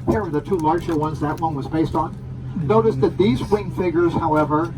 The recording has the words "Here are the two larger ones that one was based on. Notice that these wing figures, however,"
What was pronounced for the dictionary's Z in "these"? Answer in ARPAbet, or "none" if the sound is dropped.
Z